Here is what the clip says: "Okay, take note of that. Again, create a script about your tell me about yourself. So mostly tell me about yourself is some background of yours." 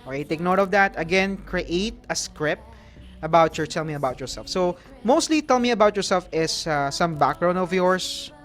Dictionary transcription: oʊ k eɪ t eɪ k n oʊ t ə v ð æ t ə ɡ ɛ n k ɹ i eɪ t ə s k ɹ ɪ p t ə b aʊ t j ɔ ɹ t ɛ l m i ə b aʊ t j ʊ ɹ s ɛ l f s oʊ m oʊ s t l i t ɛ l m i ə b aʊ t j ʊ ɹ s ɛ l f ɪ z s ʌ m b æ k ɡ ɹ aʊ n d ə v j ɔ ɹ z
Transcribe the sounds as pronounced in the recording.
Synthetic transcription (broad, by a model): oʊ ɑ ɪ t eɪ k n oʊ t ə v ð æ t ə ɡ ɛ n k ɹ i eɪ t ə s k ɹ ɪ p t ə b aʊ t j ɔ ɹ t ɛ l m i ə b aʊ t j ʊ ɹ s ɛ l f s oʊ m oʊ s t l i t ɛ l m i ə b aʊ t j ʊ ɹ s ɛ l f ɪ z s ʌ m b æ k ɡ ɹ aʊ n ə v j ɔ ɹ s